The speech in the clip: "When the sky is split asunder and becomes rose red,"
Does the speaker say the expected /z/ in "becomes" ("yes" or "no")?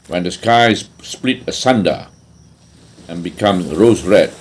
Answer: no